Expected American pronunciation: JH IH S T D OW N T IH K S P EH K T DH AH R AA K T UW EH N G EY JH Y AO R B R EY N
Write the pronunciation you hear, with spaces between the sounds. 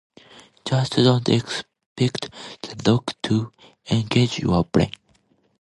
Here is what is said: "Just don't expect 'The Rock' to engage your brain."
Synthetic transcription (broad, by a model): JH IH S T D OW N T IH K S P EH K T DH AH L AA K T UW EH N G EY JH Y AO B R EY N